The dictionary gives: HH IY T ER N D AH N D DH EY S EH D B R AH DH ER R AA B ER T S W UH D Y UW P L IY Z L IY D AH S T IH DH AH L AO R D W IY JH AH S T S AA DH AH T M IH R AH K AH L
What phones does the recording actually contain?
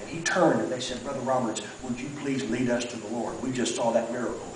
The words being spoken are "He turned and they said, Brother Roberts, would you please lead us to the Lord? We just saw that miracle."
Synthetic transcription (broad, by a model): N IY T ER N D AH N DH EY S EH D B R AH DH ER R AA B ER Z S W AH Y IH P L IY Z L IY D AH S T IH DH AH L AO R D W IY JH AH S T S AA DH AH T M IH R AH K L